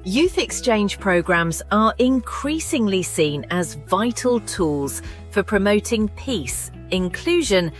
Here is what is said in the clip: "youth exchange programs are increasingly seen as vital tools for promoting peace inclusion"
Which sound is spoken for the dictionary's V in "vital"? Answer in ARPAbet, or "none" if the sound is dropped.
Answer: V